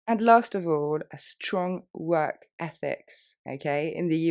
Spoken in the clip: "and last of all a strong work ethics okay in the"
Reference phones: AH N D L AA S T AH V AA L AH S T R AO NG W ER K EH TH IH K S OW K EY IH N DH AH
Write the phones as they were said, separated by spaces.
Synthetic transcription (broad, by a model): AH N L AA S T AH V AA L AH S T R AO NG W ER K EH TH IH K S OW K EY IH N DH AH